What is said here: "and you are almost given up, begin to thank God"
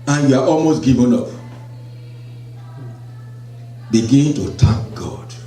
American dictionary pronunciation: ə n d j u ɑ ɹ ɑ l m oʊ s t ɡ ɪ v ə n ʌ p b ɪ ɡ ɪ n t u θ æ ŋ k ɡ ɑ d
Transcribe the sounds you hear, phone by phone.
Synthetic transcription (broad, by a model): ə n j u ɑ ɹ ɑ l m oʊ s t ɡ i v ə n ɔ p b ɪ ɡ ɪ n t u t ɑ k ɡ ɑ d